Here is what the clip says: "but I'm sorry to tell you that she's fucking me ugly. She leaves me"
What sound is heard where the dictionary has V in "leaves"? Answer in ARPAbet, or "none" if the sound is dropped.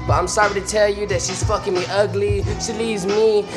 none